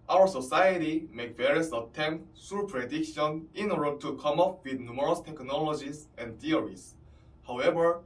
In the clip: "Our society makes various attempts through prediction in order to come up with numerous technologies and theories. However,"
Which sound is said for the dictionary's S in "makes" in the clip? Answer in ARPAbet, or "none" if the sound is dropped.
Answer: none